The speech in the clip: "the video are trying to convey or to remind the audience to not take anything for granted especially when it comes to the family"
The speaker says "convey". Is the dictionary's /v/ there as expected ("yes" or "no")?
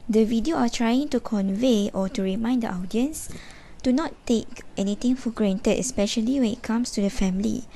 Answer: yes